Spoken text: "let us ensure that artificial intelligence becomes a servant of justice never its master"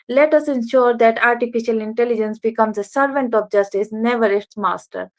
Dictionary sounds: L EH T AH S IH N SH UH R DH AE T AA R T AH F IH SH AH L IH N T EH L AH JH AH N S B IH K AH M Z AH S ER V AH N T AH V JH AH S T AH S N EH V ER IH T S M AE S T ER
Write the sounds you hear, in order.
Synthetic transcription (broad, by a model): L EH T AH S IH N SH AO R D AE T AA R T AH F IH SH AH L IH N T EH L AH JH AH N S B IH K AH M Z AH S ER V AH N T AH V JH AH S T AH S N EH V ER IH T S M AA S T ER